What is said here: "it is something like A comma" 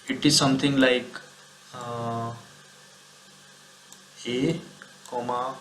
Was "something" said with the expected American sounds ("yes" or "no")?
no